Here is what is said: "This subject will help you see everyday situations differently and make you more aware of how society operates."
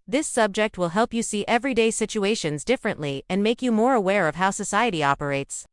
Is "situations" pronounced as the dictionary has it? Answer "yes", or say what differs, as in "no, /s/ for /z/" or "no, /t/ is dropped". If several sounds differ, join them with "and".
yes